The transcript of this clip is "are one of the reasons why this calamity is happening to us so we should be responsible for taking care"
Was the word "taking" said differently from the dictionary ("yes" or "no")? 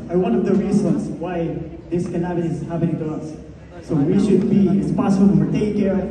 yes